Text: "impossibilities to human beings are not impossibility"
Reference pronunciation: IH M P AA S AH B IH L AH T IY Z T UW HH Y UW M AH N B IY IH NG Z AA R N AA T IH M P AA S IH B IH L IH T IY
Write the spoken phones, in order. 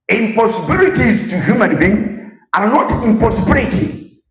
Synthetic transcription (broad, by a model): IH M P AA S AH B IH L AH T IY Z T UW HH Y UW M AH N B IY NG AA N N AA T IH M P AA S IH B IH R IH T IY